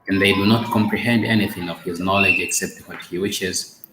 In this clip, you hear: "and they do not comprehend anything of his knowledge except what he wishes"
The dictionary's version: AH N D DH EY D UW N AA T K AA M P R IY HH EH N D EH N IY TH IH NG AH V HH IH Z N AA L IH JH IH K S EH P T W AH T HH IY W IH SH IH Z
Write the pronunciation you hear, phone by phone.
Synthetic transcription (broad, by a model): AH N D DH EY D UW N AA T K AA M P R IY HH EH N D EH N IY TH IH NG AH V HH IH Z N AA L IH JH IH K S EH P T W AH T HH IY W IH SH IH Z